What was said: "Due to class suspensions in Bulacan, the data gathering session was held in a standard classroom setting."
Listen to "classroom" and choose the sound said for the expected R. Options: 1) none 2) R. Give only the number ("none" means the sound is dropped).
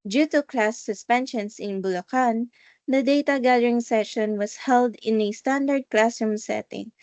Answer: 1